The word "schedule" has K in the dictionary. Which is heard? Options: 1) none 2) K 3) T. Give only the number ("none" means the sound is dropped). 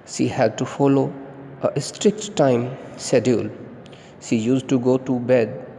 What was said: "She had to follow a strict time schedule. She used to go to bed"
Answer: 1